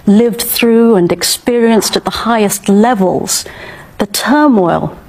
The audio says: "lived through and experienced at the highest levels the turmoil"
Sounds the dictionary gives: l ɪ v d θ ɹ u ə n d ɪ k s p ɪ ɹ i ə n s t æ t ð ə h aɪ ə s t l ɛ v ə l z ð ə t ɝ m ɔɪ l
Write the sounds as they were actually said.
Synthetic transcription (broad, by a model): l ɪ v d θ ɹ u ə n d ɪ k s p ɪ ɹ i ə n s t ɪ t ð ə h aɪ ə s t l ɛ v ə l z ð ə t ɝ m ɔɪ l